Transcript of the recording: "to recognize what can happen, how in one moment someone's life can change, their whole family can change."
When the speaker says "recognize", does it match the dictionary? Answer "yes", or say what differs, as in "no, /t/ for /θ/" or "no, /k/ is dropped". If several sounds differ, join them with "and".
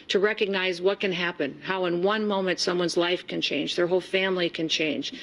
yes